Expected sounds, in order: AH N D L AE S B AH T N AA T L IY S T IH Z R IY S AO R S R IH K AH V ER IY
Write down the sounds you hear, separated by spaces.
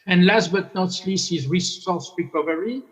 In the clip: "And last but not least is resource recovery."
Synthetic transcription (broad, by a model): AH N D L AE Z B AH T N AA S L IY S IH Z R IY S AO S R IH K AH V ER IY